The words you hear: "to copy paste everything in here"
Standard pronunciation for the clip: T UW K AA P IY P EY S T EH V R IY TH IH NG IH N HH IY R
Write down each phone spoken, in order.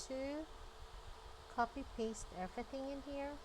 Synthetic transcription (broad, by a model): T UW K AA P IY P EY S T EH V R IY TH IH NG IH N HH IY R